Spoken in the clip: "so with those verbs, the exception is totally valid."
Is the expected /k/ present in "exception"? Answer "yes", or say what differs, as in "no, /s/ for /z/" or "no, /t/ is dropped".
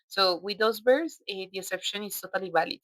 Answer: no, /k/ is dropped